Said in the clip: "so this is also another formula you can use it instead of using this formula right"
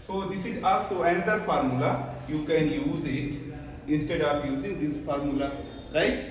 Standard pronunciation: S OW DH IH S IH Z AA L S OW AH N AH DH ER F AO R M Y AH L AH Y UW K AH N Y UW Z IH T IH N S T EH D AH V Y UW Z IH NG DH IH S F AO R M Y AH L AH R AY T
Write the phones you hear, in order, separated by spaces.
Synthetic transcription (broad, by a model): S OW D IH S IH Z AA L S OW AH N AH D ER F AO R M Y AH L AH Y UW K AH N Y UW Z IH T IH N S T EH D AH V Y UW Z IH NG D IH S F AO R M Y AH L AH R AY T